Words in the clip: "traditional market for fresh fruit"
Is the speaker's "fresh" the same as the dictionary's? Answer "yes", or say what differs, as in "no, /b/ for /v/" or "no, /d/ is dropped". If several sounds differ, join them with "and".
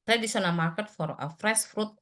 no, /s/ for /ʃ/